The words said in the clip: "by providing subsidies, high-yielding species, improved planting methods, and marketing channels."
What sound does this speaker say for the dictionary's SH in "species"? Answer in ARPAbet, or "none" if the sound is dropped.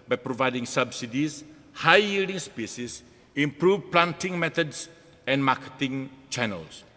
S